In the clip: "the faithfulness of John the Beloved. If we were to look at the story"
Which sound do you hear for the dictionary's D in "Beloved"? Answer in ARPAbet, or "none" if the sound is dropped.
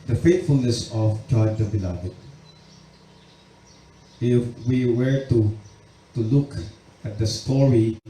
none